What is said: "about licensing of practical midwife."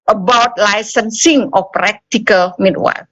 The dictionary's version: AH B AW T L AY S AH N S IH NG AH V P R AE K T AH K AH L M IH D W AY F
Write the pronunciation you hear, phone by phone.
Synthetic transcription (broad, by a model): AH B AW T L AY S AH N S IH NG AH F P R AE K T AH K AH L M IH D W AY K